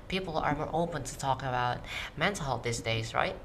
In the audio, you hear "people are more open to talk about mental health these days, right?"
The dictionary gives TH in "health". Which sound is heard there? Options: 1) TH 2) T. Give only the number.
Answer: 2